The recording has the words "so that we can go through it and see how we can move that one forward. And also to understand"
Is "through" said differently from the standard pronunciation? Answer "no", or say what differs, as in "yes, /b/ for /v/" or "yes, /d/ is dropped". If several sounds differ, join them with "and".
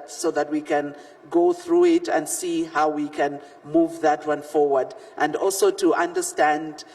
no